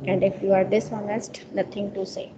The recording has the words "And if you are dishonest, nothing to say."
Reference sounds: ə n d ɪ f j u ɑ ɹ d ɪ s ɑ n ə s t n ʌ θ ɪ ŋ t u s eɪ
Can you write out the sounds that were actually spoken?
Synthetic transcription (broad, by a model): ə n d ɪ f j u ɑ ɹ d ɪ s ɑ n ə s t n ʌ t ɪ ŋ t u s eɪ